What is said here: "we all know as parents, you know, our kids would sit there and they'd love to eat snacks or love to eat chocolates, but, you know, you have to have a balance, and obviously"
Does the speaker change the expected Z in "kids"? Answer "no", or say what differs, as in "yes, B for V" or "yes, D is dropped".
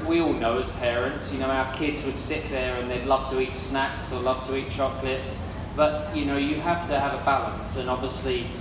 no